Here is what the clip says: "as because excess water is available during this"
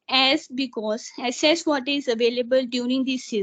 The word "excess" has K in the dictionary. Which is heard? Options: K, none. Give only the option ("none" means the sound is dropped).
none